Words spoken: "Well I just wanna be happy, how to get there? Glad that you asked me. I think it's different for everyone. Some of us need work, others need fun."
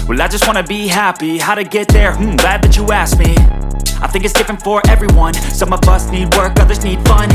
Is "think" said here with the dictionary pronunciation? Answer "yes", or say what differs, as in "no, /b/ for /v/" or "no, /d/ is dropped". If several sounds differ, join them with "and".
yes